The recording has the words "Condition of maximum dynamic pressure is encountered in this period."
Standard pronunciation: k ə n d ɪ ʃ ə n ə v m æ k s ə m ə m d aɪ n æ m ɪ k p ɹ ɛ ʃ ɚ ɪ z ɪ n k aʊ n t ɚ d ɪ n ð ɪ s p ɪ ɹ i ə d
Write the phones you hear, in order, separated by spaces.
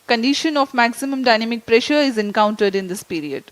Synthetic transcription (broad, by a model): k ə n d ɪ ʃ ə n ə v m æ k s ə m ə m d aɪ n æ m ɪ k p ɹ ɛ ʃ ɚ ɪ z ɪ n k aʊ n t ɚ d ɪ n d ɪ s p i ɹ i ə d